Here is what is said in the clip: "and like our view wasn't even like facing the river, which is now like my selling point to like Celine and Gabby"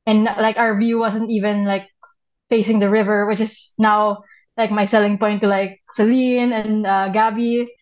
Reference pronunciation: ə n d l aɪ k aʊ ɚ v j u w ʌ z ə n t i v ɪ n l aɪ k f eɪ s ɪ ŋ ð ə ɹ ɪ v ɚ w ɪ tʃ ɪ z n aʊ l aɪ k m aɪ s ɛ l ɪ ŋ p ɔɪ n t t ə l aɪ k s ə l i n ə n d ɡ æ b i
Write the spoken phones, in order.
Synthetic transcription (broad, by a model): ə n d l aɪ k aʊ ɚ v j u w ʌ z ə n t i v ɪ n l aɪ k f eɪ s ɪ ŋ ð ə ɹ ɪ v ɚ w ɪ tʃ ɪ s n aʊ l aɪ k m aɪ s ɛ l ɪ ŋ p ɔɪ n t t ə l aɪ k s ə l i n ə n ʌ ɡ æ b i